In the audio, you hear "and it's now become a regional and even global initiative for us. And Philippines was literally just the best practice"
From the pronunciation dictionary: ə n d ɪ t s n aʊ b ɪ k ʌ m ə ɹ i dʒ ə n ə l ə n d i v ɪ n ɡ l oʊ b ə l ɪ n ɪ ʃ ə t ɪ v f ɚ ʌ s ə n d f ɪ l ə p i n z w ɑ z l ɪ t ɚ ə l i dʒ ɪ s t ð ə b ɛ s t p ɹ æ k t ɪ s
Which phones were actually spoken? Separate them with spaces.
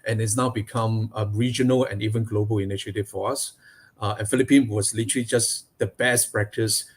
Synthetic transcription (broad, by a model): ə n ɪ t s n aʊ b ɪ k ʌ m ə ɹ i dʒ ə n ə l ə n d i v ɪ n ɡ l oʊ b ə l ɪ n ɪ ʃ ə t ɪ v f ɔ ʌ s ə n f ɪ l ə p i n w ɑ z l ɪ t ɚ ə l i dʒ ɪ s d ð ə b ɛ s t p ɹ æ k t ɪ s